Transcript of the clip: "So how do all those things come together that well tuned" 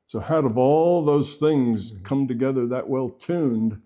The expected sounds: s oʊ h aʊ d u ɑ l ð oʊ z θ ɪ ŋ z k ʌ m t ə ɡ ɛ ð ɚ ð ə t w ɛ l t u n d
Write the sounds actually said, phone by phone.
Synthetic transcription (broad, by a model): s oʊ h aʊ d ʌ ɑ l ð oʊ z θ ɪ ŋ z k ʌ m t ə ɡ ɛ ð ɚ ð ə t w ɛ l t u n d